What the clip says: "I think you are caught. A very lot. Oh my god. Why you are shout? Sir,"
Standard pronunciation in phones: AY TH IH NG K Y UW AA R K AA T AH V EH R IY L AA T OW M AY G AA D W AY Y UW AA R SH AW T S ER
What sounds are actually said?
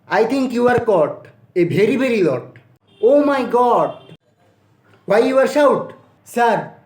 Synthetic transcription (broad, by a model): AY T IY NG K Y UW AA R K AA T AH B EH R IY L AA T OW M AY G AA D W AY Y UW AA R SH AW T S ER